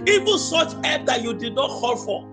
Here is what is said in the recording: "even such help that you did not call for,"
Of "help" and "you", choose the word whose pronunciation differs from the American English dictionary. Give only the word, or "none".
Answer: help